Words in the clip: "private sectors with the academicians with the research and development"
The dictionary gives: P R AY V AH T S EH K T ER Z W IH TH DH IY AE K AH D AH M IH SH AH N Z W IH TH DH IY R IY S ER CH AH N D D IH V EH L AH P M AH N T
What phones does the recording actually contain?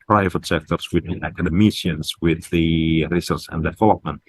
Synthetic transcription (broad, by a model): P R AY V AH T S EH K T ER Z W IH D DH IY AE K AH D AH M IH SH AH N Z W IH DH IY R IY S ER S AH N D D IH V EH L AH P M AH N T